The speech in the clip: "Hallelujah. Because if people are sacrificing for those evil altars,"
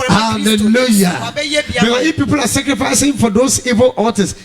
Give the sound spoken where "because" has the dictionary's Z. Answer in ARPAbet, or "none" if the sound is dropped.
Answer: none